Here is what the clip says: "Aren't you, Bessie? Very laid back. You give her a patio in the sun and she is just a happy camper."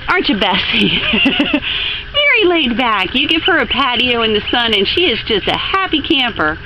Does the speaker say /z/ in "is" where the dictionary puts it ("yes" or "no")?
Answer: yes